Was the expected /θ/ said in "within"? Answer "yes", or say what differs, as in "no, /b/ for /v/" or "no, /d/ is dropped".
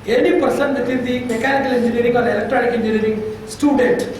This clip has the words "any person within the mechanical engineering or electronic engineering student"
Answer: no, /f/ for /θ/